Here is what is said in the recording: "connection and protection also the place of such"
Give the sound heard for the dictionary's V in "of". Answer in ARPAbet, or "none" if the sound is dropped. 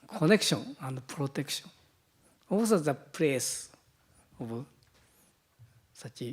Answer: B